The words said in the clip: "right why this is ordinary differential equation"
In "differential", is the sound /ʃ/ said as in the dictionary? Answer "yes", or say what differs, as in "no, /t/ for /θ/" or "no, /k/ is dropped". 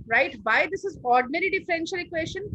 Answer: yes